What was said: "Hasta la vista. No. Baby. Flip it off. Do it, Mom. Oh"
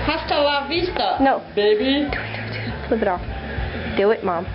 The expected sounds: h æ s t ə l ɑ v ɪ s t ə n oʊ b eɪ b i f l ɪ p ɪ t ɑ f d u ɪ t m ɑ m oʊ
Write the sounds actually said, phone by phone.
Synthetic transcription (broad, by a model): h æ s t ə l ɑ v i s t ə n oʊ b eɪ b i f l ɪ b ɪ t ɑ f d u ɪ t m ɑ m